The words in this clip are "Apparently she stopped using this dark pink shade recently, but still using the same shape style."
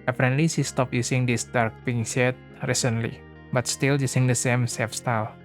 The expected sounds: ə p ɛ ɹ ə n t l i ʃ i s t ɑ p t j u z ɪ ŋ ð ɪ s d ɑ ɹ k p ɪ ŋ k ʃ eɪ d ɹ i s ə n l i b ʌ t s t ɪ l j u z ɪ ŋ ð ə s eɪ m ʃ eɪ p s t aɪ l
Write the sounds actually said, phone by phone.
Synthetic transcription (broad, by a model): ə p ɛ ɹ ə n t l i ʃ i s t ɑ p j u s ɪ ŋ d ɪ s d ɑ ɹ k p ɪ ŋ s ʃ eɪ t ɹ i s ə n l i b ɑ t s t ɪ l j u s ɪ ŋ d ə s eɪ m s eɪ f s t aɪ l